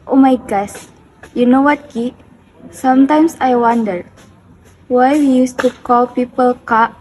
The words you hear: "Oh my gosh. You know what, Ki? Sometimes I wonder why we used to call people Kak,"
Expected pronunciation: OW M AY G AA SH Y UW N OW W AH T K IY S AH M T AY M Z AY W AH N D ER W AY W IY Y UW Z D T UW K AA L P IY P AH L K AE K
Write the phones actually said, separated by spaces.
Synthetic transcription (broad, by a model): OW M AY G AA S Y UW N OW W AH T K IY S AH M T AY M S AY W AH N D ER W AY W IY Y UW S T UW K AA L P IY P AH L K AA